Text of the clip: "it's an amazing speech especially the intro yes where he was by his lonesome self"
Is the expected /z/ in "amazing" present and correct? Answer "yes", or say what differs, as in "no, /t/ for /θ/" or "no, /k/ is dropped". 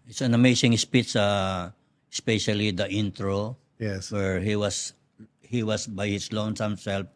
no, /s/ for /z/